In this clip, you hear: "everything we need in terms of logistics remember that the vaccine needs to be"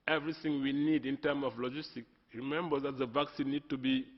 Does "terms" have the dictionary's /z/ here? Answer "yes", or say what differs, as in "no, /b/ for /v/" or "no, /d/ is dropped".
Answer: no, /z/ is dropped